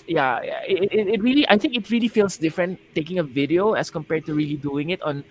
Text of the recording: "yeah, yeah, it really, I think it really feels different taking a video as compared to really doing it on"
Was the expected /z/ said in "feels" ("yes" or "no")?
no